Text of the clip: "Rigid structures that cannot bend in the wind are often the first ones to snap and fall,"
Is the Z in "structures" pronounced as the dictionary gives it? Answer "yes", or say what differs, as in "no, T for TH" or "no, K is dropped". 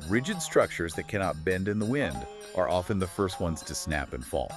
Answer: yes